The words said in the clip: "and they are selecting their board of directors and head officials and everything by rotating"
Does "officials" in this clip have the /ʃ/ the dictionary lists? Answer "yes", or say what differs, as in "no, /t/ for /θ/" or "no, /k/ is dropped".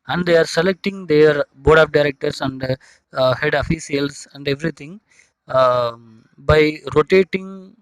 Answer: no, /s/ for /ʃ/